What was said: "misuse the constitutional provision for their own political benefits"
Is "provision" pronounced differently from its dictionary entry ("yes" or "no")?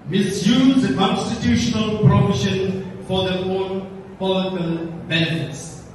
yes